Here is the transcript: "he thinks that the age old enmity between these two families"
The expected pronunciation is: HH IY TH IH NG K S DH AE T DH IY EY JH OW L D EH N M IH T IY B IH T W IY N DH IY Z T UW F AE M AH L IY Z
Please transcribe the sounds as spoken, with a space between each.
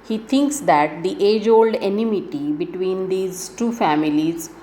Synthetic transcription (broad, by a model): HH IY T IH NG K S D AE T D IY EY JH OW L D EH N M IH T IY B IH T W IY N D IY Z T UW F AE M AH L IY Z